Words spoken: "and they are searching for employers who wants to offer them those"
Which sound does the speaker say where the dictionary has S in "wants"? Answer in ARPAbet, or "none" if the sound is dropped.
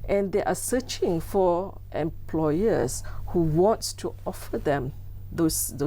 none